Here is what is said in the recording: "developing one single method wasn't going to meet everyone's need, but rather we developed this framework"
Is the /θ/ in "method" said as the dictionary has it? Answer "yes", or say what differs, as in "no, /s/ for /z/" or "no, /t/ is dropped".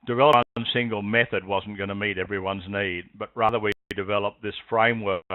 yes